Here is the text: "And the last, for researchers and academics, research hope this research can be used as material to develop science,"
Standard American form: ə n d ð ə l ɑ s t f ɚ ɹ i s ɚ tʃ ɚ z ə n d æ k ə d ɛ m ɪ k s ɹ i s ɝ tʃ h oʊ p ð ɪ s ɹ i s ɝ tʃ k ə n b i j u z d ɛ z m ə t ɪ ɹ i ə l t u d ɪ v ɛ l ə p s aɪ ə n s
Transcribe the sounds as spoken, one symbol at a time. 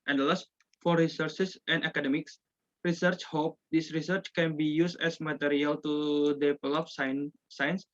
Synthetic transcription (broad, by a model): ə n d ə l ɑ s t f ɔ ɹ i s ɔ s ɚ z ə n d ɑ k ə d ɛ m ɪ k s ɹ i s ɝ tʃ h oʊ p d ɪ s ɹ i s ɝ tʃ k ə n b i j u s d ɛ s m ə t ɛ ɹ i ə l t u d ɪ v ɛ l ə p s aɪ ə n s